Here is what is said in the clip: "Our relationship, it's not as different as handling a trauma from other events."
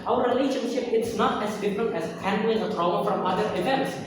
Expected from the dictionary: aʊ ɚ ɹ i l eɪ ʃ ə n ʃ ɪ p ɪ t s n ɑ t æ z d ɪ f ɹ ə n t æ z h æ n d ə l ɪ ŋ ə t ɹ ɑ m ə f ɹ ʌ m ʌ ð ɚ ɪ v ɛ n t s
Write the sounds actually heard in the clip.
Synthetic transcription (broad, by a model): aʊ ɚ ɹ i l eɪ ʃ ə n ʃ ɪ p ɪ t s n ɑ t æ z d ɪ f ɹ ə n t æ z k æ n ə ɪ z ə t ɹ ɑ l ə f ɹ ʌ m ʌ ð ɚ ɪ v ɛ n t s